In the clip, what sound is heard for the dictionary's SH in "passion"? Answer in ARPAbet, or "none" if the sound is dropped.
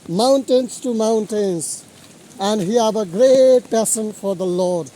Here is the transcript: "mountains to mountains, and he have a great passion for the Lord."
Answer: S